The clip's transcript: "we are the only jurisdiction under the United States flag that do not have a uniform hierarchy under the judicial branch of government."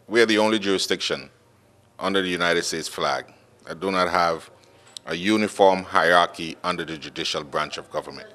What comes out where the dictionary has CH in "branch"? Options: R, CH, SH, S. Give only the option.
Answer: CH